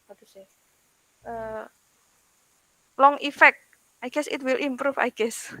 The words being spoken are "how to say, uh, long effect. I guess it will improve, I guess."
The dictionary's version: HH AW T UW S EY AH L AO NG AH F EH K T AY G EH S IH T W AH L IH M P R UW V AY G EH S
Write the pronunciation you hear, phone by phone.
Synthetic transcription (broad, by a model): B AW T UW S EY AH L AO NG AH F EH K T AY G EH S IH T W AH L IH M P R UW F AY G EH S